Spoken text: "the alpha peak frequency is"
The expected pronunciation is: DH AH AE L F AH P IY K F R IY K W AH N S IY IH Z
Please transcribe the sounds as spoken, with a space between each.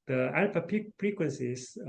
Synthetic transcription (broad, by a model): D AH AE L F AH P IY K P R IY K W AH N S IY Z